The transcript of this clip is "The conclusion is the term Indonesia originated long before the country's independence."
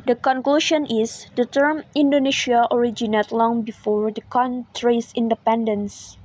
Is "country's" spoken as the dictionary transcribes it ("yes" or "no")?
no